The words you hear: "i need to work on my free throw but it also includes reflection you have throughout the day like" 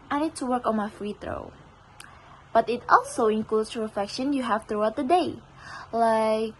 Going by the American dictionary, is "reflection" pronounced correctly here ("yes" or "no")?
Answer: yes